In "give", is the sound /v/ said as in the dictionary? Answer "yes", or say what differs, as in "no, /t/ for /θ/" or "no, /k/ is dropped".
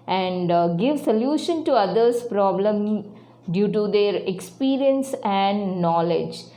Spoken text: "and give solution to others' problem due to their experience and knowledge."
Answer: yes